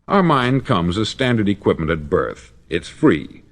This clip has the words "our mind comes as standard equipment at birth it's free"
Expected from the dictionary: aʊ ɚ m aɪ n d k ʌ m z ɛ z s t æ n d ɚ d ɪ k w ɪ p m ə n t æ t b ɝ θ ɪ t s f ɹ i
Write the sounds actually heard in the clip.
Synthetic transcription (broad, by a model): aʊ ɚ m aɪ n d k ʌ m z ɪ s t æ n d ɚ d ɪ k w ɪ p m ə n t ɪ t b ɝ θ ɪ t s f ɹ i